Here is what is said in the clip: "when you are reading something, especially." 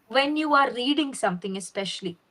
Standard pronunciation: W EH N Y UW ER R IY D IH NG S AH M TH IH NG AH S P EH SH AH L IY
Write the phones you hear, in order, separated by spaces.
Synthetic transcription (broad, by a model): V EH N Y UW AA R IY D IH NG S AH M T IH NG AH S P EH SH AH L IY